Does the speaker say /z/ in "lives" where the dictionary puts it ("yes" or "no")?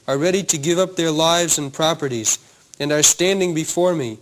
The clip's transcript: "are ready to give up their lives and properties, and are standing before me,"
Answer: yes